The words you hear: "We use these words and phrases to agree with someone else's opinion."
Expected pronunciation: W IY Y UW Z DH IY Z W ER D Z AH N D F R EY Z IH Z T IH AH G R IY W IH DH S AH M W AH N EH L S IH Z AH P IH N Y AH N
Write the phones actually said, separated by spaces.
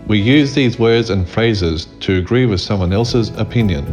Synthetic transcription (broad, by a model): W IY Y UW Z DH IY Z W ER D Z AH N F R EY Z IH Z T IH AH G R IY W IH DH S AH M W AH N EH L S IH Z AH P IH N Y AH N